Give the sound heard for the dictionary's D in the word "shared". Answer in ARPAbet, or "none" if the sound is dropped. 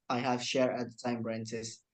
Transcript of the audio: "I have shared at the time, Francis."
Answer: none